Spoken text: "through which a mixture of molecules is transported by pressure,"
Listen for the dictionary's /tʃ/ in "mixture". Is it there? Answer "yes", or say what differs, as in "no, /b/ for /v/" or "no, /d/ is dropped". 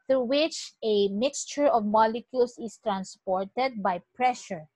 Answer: yes